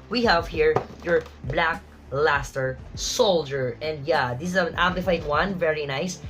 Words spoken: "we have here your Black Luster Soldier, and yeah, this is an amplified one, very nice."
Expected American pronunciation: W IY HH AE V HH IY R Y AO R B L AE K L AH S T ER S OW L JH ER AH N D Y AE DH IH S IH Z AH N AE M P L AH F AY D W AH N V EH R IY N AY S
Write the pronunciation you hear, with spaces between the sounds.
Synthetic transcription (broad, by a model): W IY HH AE V HH IY R Y AO R B L AE K L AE S T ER S OW L JH ER AH N D Y AE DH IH S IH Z AH N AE P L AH F AY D W AH N V EH R IY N AY S